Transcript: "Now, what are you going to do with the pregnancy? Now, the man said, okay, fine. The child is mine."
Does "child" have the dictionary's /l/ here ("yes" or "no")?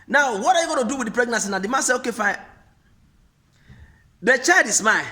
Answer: no